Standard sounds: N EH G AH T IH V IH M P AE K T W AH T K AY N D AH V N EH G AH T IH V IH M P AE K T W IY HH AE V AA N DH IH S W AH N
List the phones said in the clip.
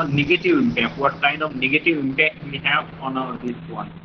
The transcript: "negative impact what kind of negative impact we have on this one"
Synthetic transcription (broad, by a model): N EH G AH T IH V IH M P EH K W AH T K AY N AH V N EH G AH T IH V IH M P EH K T W IY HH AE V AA N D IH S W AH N